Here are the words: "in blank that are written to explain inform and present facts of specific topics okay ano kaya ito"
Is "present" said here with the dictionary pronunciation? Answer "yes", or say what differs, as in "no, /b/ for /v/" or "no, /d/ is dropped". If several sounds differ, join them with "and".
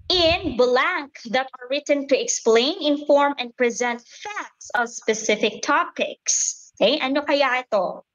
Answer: yes